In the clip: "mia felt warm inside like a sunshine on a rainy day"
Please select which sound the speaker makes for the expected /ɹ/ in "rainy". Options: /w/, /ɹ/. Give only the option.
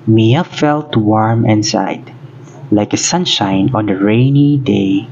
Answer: /ɹ/